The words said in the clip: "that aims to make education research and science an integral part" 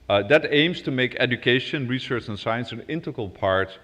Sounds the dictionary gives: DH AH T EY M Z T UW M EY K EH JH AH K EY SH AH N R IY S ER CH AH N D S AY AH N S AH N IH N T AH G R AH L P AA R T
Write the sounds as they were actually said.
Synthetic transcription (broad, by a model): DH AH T EY M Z T UW M EY K EH JH AH K EY SH AH N R IY S ER CH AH N S AY AH N S AH N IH N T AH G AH L P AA R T